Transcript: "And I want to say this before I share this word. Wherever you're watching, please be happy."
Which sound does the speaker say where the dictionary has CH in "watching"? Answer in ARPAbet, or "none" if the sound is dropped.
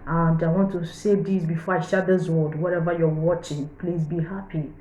CH